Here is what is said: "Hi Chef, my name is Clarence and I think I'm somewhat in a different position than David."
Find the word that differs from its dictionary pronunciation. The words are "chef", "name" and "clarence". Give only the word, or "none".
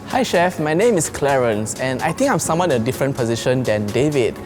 none